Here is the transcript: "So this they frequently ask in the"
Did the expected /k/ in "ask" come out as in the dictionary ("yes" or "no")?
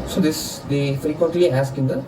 yes